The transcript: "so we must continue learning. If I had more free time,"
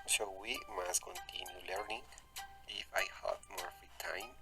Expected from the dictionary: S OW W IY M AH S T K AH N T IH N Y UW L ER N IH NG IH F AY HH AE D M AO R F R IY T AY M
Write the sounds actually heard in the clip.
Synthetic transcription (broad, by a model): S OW W IY M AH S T K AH N T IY N Y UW L ER N IH NG IH F AY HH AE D M AO R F IY T AY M